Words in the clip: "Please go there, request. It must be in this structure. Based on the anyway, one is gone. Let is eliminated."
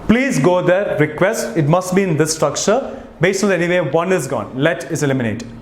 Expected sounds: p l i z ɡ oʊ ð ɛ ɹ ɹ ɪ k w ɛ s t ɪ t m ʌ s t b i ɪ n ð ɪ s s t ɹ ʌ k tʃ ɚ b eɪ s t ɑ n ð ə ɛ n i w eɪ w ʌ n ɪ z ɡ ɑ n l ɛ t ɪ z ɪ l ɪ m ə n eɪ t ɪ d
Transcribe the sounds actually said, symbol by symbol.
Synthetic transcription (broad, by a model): p l i z ɡ oʊ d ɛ ɹ ɹ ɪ k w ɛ s t ɪ t m ʌ s t b i ɪ n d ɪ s s t ɹ ʌ k tʃ ɚ b eɪ s t ɑ n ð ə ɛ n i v eɪ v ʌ n ɪ z ɡ ɑ n l ɛ t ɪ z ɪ l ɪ m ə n eɪ t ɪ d